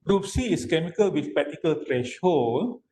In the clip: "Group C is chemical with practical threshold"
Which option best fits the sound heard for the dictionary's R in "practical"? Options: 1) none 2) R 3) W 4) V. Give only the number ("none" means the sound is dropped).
1